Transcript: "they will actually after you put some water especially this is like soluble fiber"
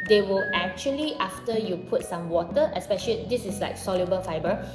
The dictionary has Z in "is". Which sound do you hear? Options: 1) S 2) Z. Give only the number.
1